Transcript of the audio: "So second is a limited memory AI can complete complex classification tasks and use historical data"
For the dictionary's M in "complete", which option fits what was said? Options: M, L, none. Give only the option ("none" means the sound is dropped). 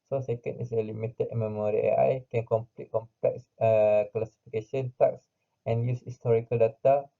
M